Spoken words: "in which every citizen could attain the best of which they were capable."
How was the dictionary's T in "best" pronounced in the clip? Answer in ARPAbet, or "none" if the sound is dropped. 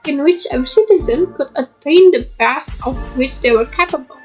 none